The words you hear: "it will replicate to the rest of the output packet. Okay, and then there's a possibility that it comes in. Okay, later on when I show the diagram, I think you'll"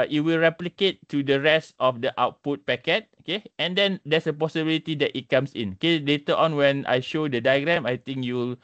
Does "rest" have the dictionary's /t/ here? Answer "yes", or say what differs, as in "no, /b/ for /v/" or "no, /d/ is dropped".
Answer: yes